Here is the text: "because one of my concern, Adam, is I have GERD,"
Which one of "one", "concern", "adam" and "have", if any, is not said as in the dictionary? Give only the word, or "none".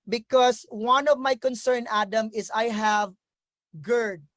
none